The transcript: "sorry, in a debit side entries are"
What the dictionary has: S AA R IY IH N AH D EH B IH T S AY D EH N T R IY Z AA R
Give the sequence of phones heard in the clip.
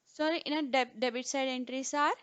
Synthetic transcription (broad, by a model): S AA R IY IH N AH D EH B IH T S AY D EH N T R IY S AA R